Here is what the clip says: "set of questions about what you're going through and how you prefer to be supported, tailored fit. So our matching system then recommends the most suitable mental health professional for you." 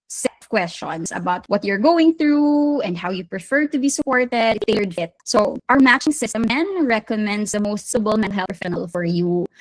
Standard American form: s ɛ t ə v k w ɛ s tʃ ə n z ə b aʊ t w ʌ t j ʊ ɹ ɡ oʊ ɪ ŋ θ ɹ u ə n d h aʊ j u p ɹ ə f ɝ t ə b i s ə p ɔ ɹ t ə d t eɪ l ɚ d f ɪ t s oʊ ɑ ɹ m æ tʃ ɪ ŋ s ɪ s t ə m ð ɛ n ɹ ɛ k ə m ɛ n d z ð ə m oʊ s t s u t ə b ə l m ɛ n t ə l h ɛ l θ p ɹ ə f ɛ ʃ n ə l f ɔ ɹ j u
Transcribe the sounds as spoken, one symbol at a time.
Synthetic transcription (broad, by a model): s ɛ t k w ɛ s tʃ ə n s ə b aʊ t w ʌ t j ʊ ɹ ɡ oʊ ɪ ŋ θ ɹ u ə n d h aʊ j u p ɹ ə f ɝ t ə b i s ə p ɔ ɹ t ə d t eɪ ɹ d f ɪ t s oʊ ɑ ɹ m æ tʃ ɪ ŋ s ɪ s t ə m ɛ n ɹ ɛ k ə m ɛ n d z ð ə m oʊ s t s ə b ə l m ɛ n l h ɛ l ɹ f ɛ n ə l f ɔ ɹ j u